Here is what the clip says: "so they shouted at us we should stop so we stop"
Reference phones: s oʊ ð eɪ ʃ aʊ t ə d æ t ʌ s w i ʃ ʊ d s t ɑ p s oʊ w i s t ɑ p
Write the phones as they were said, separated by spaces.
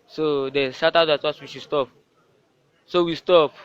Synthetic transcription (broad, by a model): s oʊ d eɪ s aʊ t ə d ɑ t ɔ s w i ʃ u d s t ɑ p s oʊ w i s t ɑ p